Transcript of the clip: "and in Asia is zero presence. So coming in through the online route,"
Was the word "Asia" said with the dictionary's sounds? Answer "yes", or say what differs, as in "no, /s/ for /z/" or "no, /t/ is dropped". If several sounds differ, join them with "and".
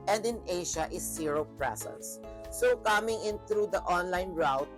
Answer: no, /ʃ/ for /ʒ/